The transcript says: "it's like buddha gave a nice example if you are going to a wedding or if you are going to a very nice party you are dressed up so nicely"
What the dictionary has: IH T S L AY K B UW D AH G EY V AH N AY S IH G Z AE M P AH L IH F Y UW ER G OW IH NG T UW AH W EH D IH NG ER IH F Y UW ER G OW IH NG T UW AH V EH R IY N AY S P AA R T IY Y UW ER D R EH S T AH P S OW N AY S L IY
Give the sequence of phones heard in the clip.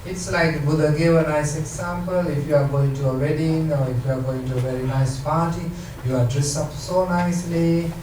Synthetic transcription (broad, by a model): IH T S L AY K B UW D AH G EY V AH N AY S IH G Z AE M P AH L IH F Y UW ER G OW IH NG T UW AH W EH D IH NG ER IH F Y UW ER G OW IH NG T UW AH V EH R IY N AY S P AA T IY Y UW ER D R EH S AH P S OW N AY S L IY